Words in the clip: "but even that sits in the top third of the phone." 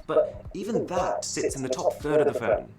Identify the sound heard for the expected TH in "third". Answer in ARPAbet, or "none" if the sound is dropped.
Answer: TH